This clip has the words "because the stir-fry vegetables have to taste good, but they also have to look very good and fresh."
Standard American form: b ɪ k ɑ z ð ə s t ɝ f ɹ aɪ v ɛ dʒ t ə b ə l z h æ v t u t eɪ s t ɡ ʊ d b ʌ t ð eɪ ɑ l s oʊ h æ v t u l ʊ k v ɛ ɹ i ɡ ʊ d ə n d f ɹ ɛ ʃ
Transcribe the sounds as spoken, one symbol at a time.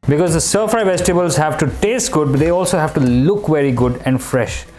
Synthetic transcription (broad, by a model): b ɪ k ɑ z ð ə s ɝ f aɪ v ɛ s t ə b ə l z h æ v t u t eɪ s t ɡ ʊ d b ʌ t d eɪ ɑ l s oʊ h æ v t u l ʊ k v ɛ ɹ i ɡ ʊ d ə n d f ɹ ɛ ʃ